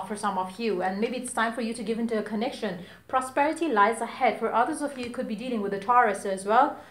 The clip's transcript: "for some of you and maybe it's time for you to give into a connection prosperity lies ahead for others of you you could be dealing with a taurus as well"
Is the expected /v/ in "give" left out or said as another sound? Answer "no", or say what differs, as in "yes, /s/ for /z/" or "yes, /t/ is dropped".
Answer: no